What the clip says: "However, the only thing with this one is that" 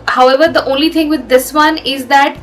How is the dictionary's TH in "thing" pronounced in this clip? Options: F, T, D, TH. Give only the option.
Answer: T